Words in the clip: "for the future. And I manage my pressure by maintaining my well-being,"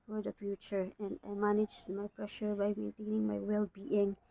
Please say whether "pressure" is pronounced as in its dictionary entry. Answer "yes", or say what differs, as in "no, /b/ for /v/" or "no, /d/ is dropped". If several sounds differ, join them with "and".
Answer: yes